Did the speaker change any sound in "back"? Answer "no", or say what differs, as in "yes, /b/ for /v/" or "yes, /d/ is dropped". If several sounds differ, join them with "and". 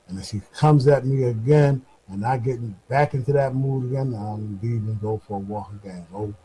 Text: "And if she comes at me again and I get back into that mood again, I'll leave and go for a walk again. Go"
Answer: no